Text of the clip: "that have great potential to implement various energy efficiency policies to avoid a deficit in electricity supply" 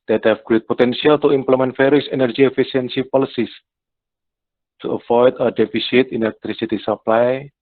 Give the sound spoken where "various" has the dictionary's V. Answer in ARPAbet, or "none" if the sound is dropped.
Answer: F